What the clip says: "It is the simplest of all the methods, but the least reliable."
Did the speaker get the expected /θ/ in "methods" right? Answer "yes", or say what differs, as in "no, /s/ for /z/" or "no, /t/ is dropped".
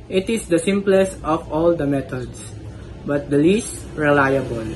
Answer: no, /t/ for /θ/